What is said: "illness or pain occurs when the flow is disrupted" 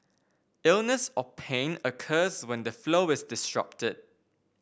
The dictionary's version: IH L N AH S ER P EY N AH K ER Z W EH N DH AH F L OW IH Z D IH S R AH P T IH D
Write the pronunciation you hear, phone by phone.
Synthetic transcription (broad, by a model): IH L N AH S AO P EY N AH K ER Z W EH N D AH F L OW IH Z D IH S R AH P T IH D